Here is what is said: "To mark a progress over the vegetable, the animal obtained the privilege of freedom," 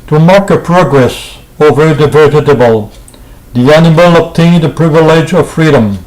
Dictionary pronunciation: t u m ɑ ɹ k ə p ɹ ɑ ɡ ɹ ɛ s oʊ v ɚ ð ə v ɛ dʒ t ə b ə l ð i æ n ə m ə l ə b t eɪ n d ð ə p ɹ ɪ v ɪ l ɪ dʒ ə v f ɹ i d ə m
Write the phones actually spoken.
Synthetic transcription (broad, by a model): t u m ɑ ɹ k ə p ɹ ɑ ɡ ɹ ɛ s oʊ v ɚ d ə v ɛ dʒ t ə b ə l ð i æ n ə m ə l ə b t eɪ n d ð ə p ɹ ɪ v ɪ l ɪ dʒ ə v f ɹ i d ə m